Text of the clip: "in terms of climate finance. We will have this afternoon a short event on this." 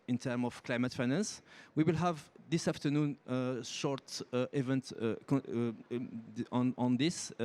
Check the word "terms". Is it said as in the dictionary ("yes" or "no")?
no